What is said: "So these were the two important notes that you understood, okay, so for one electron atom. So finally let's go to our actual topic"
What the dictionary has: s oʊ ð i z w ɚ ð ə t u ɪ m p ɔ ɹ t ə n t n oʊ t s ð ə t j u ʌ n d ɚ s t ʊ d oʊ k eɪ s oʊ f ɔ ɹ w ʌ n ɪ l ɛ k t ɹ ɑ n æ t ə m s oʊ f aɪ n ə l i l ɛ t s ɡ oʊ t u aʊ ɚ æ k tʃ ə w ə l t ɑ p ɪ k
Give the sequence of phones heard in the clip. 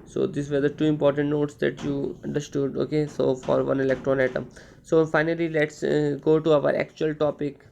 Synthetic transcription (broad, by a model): s oʊ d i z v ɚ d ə t u ɪ m p ɔ ɹ t ə n t n oʊ t s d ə t j u ʌ n d ɚ s t ʊ d oʊ k eɪ s oʊ f ɔ ɹ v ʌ n ɪ l ɛ k t ɹ ɑ n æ t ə m s oʊ f aɪ n ə l i l ɛ t s ɡ oʊ t u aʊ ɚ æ k tʃ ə ə l t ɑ p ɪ k